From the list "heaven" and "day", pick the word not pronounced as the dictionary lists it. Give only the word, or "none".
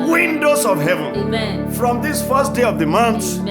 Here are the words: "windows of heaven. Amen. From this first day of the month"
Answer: none